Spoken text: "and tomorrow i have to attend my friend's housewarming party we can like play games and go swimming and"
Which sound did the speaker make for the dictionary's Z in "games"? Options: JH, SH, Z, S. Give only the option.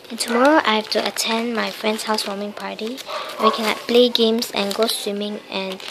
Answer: S